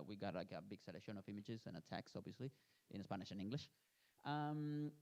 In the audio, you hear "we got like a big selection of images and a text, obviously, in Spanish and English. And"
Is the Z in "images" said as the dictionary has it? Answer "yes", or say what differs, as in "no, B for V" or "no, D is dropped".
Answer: yes